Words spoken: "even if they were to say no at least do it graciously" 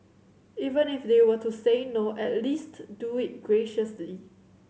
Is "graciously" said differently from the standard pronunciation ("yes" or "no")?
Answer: no